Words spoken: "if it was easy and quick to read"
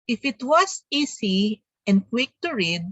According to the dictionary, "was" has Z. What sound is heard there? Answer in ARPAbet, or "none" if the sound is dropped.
S